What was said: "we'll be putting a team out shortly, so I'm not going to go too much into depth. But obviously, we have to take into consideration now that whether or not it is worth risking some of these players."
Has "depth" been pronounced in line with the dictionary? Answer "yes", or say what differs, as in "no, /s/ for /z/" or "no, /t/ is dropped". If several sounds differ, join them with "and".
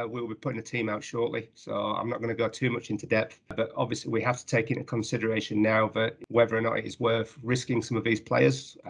yes